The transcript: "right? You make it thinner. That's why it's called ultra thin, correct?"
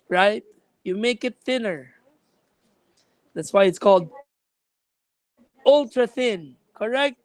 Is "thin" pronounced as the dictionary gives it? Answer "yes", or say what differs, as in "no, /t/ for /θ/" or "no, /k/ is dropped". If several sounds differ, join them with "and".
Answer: yes